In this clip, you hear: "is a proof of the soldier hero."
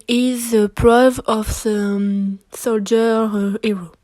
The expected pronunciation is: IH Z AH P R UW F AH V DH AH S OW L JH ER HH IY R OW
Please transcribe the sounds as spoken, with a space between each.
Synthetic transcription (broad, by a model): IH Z AH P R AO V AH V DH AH S OW L JH ER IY R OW